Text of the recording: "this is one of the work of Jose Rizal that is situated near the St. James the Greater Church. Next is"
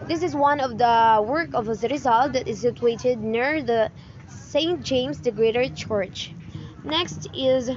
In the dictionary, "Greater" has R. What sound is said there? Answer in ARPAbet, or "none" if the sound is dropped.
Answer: R